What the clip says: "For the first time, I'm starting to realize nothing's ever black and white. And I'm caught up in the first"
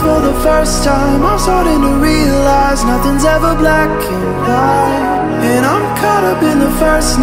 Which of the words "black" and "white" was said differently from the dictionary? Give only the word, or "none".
white